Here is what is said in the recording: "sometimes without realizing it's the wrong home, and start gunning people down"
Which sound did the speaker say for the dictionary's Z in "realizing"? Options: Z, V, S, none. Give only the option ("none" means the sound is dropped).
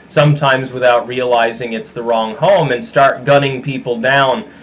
Z